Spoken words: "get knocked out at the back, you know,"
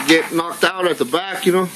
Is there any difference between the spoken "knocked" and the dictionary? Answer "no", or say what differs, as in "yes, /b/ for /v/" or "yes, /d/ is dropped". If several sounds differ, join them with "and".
no